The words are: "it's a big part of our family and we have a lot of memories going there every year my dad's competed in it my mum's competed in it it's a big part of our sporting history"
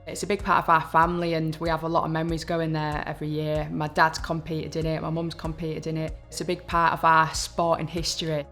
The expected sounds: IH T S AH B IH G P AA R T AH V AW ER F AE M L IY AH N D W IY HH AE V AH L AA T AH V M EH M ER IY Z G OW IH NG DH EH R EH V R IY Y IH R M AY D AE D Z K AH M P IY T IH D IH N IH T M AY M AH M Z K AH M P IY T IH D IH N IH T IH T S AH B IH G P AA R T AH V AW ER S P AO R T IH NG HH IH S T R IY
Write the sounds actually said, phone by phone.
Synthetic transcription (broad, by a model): IH T S AH B IH G P AA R T AH V AW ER F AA M L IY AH N W IY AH V AH L AA T AH V M EH M ER IY Z G OW IH NG DH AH R EH V R IY Y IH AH M AY D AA D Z K AH M P IY T IH D IH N IH T M AY M AH M Z K AH M P IY T IH D IH N IH T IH T S AH B IH G P AA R T AH V AW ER S P AO T IH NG HH IH S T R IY